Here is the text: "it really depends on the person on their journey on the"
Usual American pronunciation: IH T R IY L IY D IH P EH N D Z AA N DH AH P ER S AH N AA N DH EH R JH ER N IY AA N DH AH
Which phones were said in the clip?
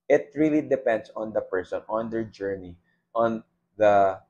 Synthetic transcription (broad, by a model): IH T R IY L IY D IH P EH N D S AA N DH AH P ER S AH N AA N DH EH R JH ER N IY AA N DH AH